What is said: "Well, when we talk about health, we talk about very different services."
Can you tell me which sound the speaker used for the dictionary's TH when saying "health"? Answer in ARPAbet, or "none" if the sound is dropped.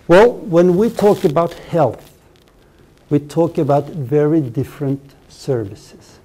TH